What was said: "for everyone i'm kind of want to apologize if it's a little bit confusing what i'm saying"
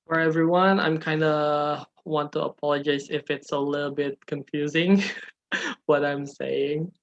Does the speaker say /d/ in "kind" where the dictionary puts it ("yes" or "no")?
yes